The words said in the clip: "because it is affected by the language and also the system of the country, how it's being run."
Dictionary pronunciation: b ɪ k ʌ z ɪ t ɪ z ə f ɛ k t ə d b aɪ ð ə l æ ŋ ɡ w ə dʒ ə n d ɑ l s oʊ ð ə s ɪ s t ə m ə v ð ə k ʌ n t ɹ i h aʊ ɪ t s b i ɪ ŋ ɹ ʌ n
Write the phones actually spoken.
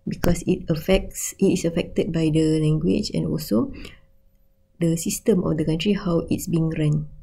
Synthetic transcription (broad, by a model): b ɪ k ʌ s ɪ t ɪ s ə f ɛ k t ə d b aɪ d ə l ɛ ŋ ɡ w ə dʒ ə n ɑ l s oʊ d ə s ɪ s t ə m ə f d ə k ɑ n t ɹ i h aʊ ɪ t s b i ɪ ŋ ɹ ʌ n